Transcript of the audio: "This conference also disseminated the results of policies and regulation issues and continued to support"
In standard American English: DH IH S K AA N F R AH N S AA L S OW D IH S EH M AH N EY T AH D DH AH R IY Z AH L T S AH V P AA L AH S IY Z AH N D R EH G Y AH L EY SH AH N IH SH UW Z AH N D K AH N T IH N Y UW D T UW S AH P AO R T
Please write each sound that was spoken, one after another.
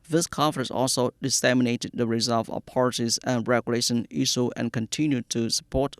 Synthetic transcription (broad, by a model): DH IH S K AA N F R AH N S AA L S OW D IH S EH M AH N EY T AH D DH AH R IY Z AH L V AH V P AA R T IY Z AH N R EH G Y AH L EY SH AH N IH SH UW AH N K AH N T IH N Y UW D T UW S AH P AO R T